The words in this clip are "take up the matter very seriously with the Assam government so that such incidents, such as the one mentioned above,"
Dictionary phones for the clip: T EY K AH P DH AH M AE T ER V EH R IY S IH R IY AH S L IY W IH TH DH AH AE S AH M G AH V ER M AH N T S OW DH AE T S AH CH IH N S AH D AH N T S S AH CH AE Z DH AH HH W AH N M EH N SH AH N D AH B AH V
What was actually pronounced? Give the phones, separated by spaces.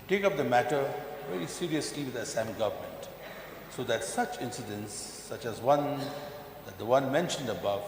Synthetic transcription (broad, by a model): T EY K AH P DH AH M AE T ER V EH R IY S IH R IY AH S L IY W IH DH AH S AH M G AH V ER M AH N T S OW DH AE T S AH CH IH N S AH D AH N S S AH CH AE Z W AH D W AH N M EH N SH AH N D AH B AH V